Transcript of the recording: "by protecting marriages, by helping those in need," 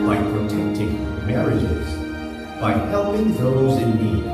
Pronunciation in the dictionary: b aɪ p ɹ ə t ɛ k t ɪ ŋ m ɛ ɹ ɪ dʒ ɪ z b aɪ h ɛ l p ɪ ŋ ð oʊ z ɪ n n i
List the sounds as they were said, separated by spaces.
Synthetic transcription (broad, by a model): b aɪ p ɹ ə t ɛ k t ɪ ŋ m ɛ ɹ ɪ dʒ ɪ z b aɪ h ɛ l ɪ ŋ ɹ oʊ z ɪ n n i